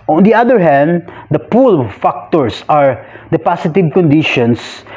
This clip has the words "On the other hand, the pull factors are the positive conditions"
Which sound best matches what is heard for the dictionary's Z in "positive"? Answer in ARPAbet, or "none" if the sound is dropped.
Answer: S